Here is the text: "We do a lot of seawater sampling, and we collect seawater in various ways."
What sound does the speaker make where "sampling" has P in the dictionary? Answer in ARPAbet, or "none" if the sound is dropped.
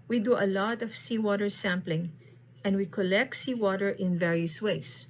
P